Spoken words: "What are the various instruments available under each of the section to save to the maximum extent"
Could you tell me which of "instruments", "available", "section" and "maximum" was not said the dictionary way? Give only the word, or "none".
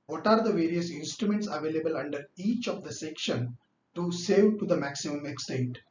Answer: none